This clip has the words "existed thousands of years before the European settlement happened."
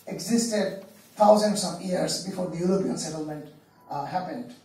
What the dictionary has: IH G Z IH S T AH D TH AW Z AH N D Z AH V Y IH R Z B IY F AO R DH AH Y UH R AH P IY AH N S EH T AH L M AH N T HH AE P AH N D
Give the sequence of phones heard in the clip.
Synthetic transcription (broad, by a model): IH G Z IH S T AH D T AW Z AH N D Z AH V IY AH R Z B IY F AO R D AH Y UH R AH P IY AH N S EH T AH L M AH N T HH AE P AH N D